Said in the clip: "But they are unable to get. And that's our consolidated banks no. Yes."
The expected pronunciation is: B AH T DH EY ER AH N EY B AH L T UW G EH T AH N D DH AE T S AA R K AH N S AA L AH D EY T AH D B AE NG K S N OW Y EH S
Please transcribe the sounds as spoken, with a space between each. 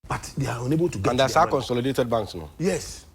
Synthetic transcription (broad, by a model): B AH T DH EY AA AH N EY B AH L T UW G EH AH N D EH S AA K AH N S AA L AH D EY T AH D B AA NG K S N OW Y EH S